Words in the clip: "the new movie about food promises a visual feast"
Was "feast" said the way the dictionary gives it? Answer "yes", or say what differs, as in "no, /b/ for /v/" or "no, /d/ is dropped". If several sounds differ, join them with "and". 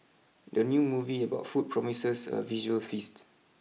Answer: yes